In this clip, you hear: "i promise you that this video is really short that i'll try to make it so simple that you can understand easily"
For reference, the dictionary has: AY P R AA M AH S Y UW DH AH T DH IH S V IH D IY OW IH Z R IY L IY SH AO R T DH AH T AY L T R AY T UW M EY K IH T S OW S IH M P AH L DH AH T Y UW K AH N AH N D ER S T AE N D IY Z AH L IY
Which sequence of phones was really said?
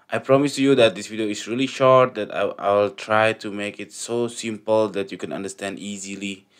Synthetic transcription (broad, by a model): AY P R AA M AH S Y UW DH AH T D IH S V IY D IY OW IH S R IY L IY SH AO R T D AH T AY L T R AY T UW M EY K IH T S OW S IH M P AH L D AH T Y UW K AH N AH N D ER S T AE N D IY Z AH L IY